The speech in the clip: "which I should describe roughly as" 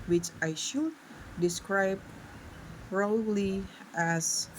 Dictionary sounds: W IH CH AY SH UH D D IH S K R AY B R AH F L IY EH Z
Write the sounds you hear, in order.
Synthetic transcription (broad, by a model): W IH CH AY SH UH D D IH S K R AY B R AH L IY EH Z